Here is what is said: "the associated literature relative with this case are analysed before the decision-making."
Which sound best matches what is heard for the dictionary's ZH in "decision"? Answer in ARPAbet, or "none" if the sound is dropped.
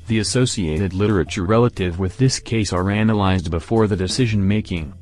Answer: ZH